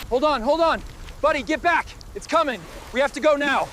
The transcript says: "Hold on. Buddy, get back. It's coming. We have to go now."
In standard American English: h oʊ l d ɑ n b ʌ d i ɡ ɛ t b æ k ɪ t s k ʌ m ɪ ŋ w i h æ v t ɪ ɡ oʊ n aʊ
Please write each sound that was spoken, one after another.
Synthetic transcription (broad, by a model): h oʊ l d n b ʌ d i ɡ ɛ t b æ k ɪ t s k ʌ m ɪ ŋ w i h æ f t ɪ ɡ oʊ n aʊ